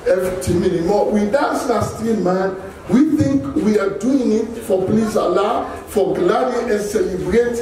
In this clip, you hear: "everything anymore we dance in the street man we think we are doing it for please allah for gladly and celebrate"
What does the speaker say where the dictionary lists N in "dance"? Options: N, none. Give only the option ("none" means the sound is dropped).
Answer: none